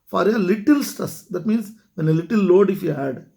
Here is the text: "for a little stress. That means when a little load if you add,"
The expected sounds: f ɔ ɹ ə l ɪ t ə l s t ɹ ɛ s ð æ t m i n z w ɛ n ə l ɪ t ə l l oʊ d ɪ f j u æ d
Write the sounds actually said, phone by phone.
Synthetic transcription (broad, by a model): f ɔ ɹ ə l ɪ t ə l s t ʌ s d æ t m i n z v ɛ n ə l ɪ t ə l l oʊ d ɪ f j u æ d